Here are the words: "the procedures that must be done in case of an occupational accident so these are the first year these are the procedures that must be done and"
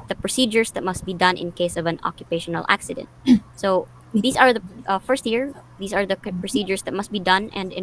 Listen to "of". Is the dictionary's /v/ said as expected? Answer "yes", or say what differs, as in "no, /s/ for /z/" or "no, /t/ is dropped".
yes